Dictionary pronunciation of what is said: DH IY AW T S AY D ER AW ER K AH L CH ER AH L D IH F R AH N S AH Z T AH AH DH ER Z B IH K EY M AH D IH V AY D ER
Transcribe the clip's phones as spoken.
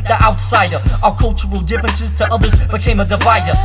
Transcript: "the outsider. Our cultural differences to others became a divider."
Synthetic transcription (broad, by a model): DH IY AW T S AY D ER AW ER K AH L CH ER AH L D IH F R AH N S AH Z T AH AH DH ER Z B IH K EY M AH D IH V AY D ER